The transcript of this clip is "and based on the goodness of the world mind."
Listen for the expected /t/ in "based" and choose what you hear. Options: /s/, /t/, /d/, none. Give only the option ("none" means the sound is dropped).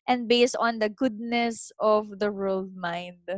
/t/